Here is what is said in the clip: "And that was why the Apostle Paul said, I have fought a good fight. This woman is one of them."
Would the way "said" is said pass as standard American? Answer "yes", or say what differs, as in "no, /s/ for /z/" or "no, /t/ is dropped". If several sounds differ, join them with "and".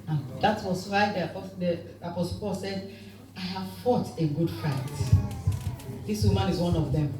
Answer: yes